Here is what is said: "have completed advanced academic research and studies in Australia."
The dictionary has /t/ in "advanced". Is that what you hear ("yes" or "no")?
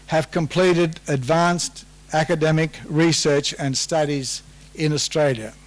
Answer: yes